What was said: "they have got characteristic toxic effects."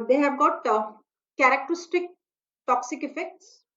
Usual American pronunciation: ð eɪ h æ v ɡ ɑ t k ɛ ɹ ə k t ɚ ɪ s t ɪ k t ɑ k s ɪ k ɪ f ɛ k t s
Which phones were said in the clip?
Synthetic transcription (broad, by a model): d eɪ h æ b ɡ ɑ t k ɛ ɹ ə k t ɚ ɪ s t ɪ k t ɑ k s ɪ k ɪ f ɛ k t s